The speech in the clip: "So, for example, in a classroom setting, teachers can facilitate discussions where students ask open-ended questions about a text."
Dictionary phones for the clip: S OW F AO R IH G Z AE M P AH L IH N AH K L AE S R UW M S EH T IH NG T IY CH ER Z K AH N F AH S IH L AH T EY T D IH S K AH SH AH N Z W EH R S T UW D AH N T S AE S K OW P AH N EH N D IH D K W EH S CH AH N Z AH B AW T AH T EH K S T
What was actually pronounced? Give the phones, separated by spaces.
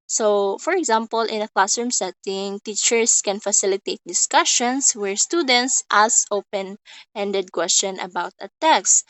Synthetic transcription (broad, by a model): S OW F AO R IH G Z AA M P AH L IH N AH K L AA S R M S EH T IH NG T IY CH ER S K AH N F AH S IH L AH T EY T D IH S K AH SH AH N S W EH R S T UW D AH N T S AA S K OW P AH N EH N D IH D K W EH S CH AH N AH B AW T AH T EH K S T